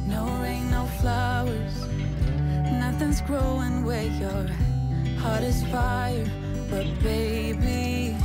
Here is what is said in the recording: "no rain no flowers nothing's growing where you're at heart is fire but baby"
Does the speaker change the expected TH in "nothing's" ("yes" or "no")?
no